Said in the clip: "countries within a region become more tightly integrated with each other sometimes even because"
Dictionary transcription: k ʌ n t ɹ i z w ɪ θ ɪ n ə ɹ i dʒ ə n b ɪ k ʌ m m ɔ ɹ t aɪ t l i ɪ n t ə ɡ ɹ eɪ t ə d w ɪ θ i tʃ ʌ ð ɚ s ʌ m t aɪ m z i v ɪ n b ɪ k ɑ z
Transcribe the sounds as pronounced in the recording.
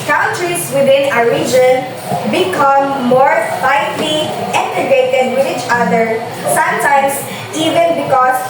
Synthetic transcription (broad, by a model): k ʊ n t ɹ i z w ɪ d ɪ n ə ɹ i dʒ ə n b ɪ k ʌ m m ɔ ɹ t aɪ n l i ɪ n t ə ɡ eɪ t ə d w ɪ i tʃ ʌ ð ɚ s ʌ m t aɪ m s i v ɪ n b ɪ k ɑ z